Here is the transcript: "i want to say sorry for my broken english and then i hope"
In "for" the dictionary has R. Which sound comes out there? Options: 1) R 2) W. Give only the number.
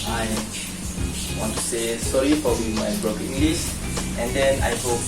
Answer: 2